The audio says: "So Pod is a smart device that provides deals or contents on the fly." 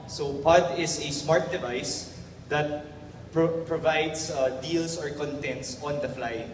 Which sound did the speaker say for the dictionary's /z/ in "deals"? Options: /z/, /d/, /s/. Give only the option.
/s/